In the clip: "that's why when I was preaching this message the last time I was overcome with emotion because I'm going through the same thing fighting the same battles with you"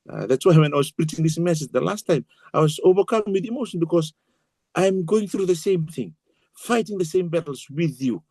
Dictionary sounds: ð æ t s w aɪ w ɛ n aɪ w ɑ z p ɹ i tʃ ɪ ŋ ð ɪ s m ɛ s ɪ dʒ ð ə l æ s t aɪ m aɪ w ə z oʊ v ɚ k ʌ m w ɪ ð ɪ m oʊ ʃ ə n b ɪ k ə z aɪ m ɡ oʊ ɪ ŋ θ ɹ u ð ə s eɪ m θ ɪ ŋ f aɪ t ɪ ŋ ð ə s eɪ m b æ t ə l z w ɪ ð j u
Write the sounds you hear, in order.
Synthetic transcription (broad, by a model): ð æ t s w aɪ w ɛ n aɪ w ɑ s p ɹ i tʃ ɪ ŋ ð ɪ s m ɛ s ɪ dʒ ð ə l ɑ s t aɪ m aɪ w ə s oʊ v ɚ k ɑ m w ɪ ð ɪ m oʊ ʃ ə n b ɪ k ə s aɪ m ɡ oʊ ɪ ŋ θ ɹ u ð ə s eɪ m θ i ŋ f aɪ t ɪ ŋ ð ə s eɪ m b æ t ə l s w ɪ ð j u